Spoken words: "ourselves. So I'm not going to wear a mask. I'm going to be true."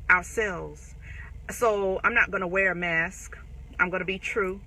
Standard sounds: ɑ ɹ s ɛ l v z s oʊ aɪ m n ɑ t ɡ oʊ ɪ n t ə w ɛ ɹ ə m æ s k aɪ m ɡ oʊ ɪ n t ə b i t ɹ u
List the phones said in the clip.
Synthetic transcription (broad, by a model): ɑ ɹ s ɛ l v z s oʊ aɪ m n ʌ t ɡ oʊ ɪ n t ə w ɛ ɹ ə m æ s k aɪ m ɡ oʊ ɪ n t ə b i t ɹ u